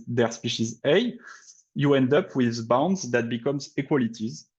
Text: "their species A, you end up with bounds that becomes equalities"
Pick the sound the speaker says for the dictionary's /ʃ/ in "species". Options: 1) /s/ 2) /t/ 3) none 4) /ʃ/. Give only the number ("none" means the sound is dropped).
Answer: 4